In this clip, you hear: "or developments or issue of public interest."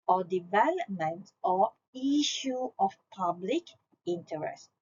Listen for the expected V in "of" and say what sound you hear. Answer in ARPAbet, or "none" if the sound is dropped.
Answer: F